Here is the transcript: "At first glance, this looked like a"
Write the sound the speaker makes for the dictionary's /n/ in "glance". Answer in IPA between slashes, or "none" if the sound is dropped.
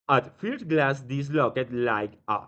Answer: none